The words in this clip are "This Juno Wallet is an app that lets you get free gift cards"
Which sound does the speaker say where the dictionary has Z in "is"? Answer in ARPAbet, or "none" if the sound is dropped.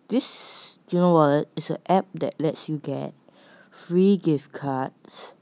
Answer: S